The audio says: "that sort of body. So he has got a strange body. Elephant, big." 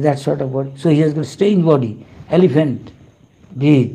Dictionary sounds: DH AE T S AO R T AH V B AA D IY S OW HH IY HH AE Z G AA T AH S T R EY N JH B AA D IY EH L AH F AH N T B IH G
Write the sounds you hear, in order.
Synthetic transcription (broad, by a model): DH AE T S AO R T AH V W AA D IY S OW HH IY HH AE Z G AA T S T EY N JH B AA D IY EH L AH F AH N T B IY